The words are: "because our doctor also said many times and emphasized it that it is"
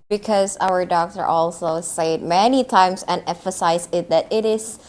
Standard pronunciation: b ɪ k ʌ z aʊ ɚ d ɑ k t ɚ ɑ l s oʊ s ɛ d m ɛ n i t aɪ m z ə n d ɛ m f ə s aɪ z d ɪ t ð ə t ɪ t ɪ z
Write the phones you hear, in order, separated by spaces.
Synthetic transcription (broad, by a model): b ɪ k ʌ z aʊ ɚ d ɑ k t ɚ ɑ l s oʊ s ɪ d m ɛ n i t aɪ m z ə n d ɛ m f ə s aɪ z ɪ t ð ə t ɪ t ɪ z